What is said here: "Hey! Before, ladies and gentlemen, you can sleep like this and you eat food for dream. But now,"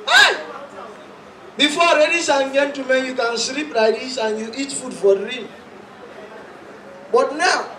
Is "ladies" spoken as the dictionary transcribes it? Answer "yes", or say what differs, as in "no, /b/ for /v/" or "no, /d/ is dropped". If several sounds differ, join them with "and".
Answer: no, /s/ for /z/